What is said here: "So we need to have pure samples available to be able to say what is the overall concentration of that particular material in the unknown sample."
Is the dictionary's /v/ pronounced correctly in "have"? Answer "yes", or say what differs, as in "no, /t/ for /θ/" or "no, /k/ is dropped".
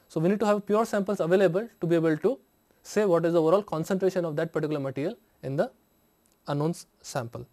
yes